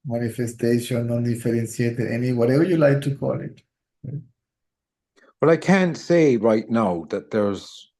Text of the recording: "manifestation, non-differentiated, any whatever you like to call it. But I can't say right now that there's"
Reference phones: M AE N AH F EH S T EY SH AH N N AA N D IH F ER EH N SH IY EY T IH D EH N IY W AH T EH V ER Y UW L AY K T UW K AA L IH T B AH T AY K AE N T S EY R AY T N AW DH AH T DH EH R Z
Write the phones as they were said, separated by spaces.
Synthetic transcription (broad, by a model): M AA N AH F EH S T EY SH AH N N AA N D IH F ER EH N S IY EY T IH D EH N IY W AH T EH V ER Y UW L AY K T UW K AA L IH T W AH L AY K AE N T S EY R AY T N AW DH AH T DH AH R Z